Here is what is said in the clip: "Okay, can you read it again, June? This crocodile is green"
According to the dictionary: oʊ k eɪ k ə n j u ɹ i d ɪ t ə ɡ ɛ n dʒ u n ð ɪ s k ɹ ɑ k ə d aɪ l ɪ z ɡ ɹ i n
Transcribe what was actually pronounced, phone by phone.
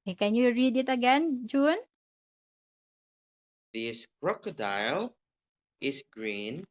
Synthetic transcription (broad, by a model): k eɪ k ə n j u ɹ i d ɪ t ə ɡ ɛ n dʒ u n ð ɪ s k ɹ ɑ k ə d aɪ l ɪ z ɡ ɹ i n